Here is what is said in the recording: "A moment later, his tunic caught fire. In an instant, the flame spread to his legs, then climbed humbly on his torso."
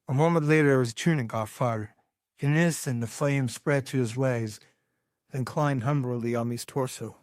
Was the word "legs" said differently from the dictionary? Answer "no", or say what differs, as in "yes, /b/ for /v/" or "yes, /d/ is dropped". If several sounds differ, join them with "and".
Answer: yes, /w/ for /l/